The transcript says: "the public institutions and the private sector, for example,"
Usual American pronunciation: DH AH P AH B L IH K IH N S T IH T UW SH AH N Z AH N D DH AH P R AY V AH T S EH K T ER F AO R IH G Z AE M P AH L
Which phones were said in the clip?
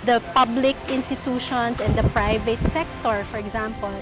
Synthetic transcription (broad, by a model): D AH P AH B L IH K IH N S T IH T UW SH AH N S AH N D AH P R AY V AH T S EH K T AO F AO R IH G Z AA M P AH L